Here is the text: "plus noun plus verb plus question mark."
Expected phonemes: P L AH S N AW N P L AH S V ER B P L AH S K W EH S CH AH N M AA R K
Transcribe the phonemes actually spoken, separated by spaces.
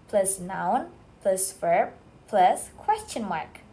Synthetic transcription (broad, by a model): P L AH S N AW N P L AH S F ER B P L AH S K W EH S CH AH N M AA R K